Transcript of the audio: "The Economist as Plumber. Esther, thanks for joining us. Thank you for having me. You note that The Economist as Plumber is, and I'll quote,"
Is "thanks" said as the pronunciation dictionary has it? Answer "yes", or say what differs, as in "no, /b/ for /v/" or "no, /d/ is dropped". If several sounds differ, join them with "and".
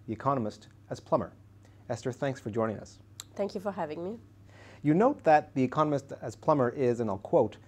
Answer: yes